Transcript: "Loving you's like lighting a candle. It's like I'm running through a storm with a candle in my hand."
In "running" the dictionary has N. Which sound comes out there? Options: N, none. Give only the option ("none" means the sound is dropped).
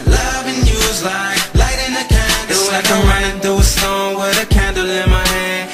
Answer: none